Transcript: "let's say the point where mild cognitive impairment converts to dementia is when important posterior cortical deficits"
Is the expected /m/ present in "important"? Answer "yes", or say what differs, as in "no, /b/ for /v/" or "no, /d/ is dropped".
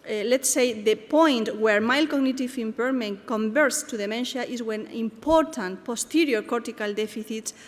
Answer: yes